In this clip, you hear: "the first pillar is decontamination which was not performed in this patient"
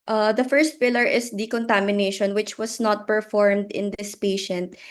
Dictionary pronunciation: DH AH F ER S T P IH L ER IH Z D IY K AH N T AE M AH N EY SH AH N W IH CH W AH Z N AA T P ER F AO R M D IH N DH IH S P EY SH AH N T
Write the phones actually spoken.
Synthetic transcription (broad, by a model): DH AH F ER S T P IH L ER IH S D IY K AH N T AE M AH N EY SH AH N W IH CH W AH S N AA T P ER F AO R M D IH N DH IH S P EY SH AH N T